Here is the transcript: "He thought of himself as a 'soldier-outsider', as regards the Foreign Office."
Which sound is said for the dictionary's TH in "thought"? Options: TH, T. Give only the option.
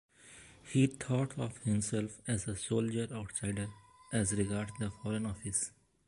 T